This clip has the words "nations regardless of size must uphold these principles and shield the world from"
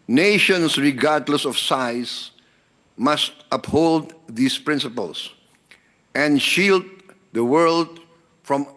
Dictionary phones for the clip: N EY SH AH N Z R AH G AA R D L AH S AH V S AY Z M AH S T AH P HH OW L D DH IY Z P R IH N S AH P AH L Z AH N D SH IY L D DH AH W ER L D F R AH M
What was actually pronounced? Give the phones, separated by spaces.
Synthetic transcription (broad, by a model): N EY SH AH N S R AH G AA R D L AH S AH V S AY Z M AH S T AH P HH OW L D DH IY S P R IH N S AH P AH L S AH N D SH IY L D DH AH W ER L D F R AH M